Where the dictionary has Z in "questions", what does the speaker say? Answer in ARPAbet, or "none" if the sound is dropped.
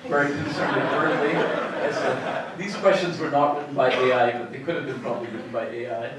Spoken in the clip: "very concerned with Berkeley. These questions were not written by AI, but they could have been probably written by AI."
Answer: Z